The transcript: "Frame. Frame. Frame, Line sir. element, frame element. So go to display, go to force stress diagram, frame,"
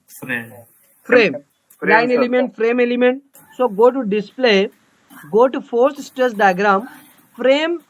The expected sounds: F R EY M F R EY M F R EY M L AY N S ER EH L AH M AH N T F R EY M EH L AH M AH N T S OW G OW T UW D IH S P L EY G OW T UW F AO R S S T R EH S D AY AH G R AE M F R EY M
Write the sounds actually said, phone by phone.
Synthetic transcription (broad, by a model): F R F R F R EY M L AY N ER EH L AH M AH N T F R EY M EH L AH M AH N T S OW G OW T UW D IH S P L EY G OW T UW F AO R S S T AH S D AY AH G R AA M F R EY M